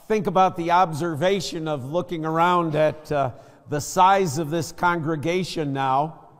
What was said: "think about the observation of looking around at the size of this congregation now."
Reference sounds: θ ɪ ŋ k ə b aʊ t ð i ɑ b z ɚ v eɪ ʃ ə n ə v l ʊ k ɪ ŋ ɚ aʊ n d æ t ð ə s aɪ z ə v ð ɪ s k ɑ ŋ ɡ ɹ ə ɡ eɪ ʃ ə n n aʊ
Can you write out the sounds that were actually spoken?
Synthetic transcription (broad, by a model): θ ɪ ŋ k ə b aʊ t ð i ɑ b z ɚ v eɪ ʃ ə n ə v l ʊ k ɪ ŋ ɚ aʊ n d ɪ t ð ə s aɪ z ə v ð ɪ s k ɑ ŋ ɡ ɹ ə ɡ eɪ ʃ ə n n aʊ